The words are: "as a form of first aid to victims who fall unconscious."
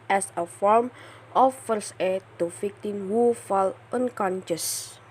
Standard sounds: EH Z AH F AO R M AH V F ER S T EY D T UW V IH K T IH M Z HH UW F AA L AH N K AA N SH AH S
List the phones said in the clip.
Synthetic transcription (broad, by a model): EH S AH F AO R M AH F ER S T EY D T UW F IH K T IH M HH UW F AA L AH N K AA N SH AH S